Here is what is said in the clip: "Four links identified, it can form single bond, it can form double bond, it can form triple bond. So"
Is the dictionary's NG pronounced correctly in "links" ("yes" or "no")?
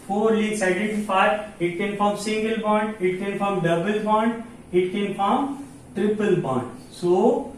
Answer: no